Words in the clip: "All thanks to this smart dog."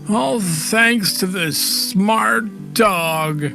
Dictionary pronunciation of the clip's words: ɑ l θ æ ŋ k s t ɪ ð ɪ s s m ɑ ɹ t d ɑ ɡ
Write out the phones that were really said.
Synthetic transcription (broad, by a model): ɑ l θ æ ŋ k s t ɪ ð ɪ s s m ɑ ɹ t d ɑ ɡ